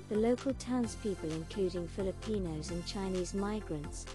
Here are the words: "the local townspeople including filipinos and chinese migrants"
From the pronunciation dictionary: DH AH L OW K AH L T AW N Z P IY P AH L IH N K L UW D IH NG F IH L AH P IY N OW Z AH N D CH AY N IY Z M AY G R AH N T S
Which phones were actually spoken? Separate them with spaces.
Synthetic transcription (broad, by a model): DH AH L OW K AH L T AW N Z P IY P AH L IH N K L UW D IH NG F IH L AH P IY N OW Z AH N CH AY N IY Z M AY G R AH N T S